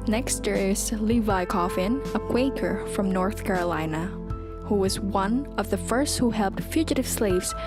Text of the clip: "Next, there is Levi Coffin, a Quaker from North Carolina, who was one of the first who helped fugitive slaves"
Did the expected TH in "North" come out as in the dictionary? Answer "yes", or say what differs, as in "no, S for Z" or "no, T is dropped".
yes